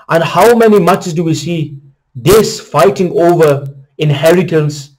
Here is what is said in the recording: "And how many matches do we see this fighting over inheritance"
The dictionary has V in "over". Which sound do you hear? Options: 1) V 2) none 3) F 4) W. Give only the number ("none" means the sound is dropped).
1